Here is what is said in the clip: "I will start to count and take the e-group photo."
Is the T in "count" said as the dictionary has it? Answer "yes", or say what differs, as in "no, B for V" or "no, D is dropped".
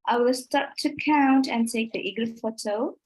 yes